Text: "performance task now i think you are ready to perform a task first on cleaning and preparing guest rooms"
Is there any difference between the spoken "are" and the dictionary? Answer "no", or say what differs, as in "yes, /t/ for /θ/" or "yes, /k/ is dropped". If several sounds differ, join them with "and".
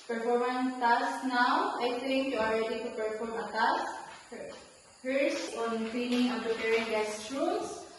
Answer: yes, /l/ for /ɹ/